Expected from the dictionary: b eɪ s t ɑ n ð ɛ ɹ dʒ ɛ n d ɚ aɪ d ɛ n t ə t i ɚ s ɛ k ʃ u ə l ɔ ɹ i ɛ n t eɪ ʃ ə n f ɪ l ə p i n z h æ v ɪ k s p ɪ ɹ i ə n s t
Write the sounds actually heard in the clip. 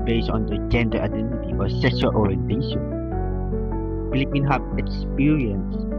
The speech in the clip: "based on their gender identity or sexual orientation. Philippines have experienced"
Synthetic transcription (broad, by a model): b eɪ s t ɑ n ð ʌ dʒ ɛ n d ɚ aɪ d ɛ n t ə t i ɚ s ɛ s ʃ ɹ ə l ɔ ɹ i ɛ n t eɪ ʃ ə n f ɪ l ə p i n h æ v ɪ k s p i ɹ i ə n s